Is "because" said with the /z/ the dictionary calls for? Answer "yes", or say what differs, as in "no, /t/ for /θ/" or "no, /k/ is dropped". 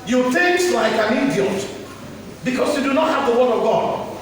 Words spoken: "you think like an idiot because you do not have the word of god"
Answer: no, /s/ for /z/